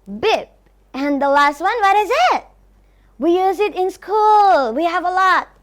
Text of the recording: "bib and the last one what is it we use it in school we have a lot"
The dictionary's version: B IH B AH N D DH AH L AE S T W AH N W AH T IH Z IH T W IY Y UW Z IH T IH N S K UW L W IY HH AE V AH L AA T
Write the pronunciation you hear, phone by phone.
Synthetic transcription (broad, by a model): B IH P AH N DH AH L AE S T W AH N W AH T IH Z IH T W IY Y UW Z IH T IH N S K UW L W IY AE V AH L AA T